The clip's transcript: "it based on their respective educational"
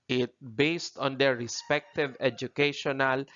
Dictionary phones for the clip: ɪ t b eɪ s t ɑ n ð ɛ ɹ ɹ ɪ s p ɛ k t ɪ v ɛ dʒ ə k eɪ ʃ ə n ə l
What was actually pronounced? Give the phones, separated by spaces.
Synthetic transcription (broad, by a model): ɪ t b eɪ s t ɑ n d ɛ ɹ ɹ ɪ s p ɛ k t ɪ v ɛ dʒ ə k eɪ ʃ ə n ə l